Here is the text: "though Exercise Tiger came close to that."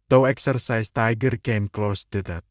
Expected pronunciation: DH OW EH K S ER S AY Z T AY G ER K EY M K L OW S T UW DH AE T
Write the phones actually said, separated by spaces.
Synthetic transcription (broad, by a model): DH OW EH K S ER S AY S T AY G ER K EY M K L OW S T UW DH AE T